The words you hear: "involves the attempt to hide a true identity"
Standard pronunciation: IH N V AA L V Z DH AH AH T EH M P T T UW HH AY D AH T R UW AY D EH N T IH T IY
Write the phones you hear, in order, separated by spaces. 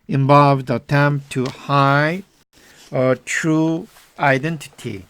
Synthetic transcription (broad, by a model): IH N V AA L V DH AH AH T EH M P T T UW HH AY AH T R UW AY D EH N T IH T IY